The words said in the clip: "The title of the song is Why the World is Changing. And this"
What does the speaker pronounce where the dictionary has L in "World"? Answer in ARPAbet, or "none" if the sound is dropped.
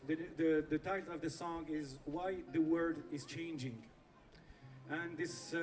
none